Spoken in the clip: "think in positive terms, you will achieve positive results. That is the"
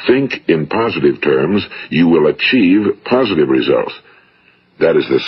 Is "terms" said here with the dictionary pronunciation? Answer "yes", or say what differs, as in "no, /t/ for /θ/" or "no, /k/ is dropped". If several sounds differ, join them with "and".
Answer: yes